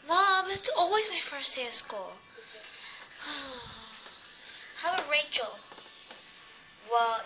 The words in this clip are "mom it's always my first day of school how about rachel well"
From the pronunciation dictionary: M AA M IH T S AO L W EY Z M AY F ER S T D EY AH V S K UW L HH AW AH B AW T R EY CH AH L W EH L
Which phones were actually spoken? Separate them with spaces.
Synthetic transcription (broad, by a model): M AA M IH T S AO L W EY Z M AY F ER S T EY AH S K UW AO HH AW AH R EY CH AH L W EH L